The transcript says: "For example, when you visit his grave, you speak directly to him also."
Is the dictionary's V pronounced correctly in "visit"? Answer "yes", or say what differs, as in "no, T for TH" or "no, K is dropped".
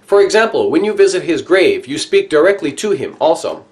yes